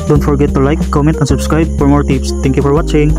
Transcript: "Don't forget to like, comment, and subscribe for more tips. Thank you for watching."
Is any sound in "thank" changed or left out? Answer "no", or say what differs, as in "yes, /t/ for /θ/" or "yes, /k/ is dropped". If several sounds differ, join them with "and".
yes, /t/ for /θ/